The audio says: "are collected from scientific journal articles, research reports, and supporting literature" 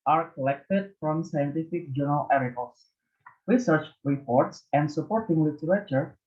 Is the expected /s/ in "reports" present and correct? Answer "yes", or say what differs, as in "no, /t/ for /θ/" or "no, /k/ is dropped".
yes